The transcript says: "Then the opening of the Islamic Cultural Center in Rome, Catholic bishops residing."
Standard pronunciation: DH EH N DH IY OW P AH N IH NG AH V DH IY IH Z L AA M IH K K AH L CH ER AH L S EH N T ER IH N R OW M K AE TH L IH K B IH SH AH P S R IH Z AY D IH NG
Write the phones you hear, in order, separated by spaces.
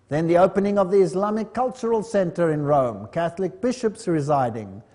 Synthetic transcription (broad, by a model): DH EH N DH IY OW P AH N IH NG AH V DH IY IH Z L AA M IH K K AH L CH ER AH L S EH N T ER IH N R OW M K AE TH L IH K B IH SH AH P S R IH Z AY D IH NG